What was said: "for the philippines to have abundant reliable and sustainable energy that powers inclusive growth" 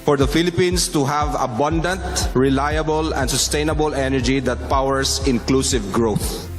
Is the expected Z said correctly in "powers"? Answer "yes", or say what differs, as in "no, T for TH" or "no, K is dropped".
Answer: no, S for Z